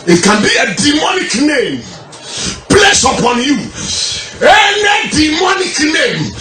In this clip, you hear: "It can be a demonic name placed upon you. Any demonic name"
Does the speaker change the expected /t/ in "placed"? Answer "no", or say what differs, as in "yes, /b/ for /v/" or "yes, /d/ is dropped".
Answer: yes, /t/ is dropped